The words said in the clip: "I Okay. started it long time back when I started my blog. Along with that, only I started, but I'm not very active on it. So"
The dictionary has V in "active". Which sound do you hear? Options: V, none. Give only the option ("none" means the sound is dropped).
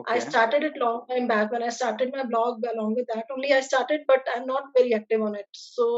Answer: V